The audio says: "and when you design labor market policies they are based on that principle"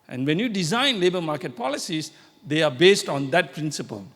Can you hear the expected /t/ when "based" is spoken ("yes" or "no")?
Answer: yes